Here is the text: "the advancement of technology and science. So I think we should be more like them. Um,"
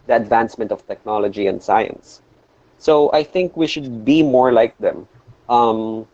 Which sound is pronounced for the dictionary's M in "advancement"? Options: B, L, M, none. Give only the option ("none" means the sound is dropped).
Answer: M